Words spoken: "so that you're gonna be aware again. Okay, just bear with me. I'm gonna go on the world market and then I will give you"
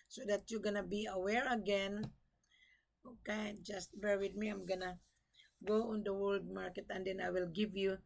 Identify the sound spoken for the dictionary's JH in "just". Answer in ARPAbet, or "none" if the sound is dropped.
JH